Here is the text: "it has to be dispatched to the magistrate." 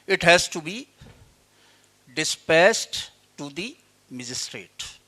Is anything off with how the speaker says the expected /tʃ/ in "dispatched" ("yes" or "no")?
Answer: yes